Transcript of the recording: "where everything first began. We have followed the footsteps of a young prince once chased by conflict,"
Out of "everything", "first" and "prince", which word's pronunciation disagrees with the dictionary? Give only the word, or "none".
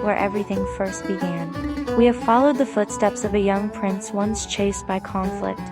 none